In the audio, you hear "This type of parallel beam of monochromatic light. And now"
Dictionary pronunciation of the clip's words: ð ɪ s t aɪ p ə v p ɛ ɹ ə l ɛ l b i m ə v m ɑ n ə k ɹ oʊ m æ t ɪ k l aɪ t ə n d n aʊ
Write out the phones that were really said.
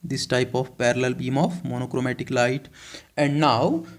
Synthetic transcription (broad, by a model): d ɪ s t aɪ p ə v p ɛ ɹ ə l ɛ l b i m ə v m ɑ n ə k ɹ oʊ m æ t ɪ k l aɪ t ə n d n aʊ